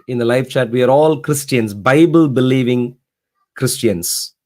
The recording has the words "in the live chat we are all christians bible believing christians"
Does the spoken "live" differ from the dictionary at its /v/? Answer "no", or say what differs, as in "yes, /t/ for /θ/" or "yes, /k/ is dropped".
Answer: yes, /f/ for /v/